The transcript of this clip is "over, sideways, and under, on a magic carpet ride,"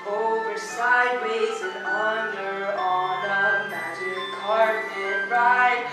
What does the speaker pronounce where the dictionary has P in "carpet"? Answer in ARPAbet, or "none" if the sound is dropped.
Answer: none